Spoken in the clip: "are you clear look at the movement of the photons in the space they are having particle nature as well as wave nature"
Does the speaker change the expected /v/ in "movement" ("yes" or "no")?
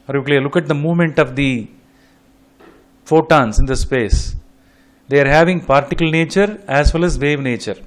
no